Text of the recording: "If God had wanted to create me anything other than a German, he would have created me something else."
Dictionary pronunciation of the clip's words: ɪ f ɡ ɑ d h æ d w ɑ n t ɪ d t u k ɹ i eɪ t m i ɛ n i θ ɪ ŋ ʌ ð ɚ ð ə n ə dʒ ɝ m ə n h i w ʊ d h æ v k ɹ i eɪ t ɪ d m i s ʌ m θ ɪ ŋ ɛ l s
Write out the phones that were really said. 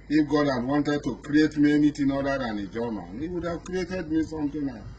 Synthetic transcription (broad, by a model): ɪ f ɡ ɑ d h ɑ d w ɑ n t ɪ d t u k ɹ i eɪ t m i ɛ n i t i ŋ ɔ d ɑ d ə n ə dʒ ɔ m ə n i w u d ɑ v k ɹ i eɪ t ɪ d m i s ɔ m t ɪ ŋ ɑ